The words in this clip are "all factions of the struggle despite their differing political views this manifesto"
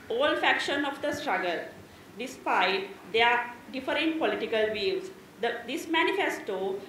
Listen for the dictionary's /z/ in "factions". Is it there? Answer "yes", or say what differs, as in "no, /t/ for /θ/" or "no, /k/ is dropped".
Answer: no, /z/ is dropped